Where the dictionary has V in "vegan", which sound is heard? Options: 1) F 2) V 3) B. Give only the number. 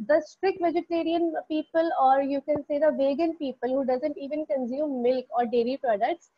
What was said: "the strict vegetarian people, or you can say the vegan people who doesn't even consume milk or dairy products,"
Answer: 2